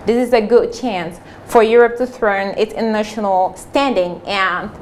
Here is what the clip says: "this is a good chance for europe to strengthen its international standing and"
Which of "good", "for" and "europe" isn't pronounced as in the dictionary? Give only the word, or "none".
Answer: none